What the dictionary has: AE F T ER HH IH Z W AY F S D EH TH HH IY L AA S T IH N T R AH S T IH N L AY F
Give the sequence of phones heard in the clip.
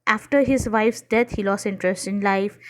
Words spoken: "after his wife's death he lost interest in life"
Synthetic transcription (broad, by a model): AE F T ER HH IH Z W AY F S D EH T HH IY L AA S IH N T R AH S T IH N L AY F